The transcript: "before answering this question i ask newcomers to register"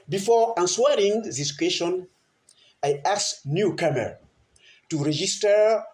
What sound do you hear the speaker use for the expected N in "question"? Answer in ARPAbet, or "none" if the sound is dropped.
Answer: N